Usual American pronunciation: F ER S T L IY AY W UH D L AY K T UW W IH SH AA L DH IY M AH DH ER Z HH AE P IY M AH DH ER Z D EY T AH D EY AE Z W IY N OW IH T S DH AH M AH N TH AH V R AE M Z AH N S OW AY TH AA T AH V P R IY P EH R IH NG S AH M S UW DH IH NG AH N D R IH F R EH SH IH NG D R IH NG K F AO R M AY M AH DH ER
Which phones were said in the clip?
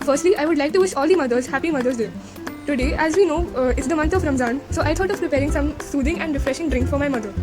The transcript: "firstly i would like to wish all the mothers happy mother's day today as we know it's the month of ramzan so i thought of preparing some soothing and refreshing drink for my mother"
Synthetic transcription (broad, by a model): F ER S T L IY AY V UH D L AY K T UW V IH SH AA L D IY M AH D ER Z HH AE P IY M AH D ER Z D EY T AH D EY AE Z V IY N OW IH T S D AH M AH N T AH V R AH M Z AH N S OW AY T AA T AH V P R IY P EH R IH NG S AH M S UW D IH NG AH N D R IH F R EH SH IH NG D R IH NG K F AO R M AY M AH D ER